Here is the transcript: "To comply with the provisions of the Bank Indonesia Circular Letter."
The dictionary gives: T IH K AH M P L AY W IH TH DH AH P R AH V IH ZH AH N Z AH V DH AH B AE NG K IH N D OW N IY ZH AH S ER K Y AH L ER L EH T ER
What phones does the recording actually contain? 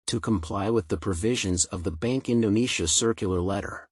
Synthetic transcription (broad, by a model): T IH K AH M P L AY W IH DH AH P R AH V IH ZH AH N Z AH V DH AH B AE NG K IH N D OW N IY SH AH S ER K Y L ER L EH T ER